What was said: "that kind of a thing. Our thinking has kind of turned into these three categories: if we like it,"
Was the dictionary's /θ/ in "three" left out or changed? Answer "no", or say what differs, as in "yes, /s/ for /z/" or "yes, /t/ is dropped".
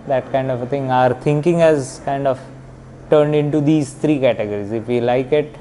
yes, /t/ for /θ/